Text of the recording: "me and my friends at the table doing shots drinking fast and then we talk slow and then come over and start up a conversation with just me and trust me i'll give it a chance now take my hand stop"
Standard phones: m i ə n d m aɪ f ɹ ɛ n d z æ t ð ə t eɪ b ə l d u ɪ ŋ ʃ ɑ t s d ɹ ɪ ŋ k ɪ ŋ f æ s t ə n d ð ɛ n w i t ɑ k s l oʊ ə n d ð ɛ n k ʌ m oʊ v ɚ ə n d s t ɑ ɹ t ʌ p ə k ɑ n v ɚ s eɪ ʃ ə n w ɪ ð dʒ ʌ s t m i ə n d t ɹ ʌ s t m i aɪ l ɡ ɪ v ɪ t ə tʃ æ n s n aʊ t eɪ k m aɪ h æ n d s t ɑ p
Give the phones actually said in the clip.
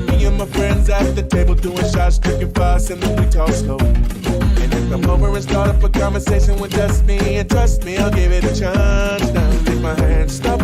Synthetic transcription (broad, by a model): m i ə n m aɪ f ɹ ɛ n d z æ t ð ə t eɪ b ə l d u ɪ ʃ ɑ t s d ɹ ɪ k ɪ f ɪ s ə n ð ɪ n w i t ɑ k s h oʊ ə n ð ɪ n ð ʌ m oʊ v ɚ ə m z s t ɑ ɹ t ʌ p ə k ɑ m v ɚ s eɪ ʃ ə n w ɪ ð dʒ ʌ s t m i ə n t ɹ ʌ s t m i aɪ l ɡ ɪ v ɪ t ə tʃ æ n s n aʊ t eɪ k m aɪ h æ n d s t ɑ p